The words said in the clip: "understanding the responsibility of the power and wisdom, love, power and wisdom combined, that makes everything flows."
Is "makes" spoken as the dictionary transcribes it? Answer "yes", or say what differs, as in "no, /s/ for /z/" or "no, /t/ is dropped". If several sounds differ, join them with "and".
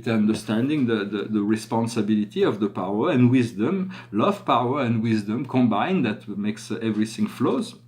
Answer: yes